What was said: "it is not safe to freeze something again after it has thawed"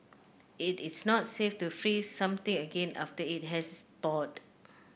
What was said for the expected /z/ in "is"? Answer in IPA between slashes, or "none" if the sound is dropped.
/s/